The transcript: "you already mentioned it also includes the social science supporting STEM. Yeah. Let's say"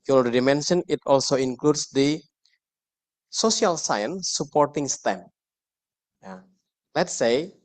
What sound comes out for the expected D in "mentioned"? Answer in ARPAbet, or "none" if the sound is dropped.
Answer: none